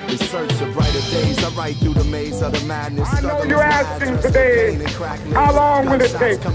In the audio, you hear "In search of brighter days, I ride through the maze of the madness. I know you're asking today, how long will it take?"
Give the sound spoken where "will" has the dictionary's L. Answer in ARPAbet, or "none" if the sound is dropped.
N